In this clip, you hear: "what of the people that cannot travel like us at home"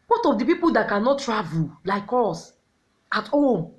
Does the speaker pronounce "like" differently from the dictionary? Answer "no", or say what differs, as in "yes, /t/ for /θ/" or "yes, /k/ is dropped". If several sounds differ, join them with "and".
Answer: no